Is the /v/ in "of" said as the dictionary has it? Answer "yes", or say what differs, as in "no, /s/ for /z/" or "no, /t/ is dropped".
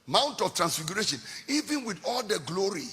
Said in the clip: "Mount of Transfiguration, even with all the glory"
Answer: no, /f/ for /v/